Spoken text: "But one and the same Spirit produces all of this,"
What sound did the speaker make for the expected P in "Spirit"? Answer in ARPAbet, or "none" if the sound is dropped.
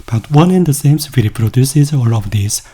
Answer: F